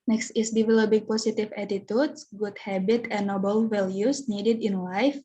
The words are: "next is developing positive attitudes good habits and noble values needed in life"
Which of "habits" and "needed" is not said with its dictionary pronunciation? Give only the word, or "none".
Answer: habits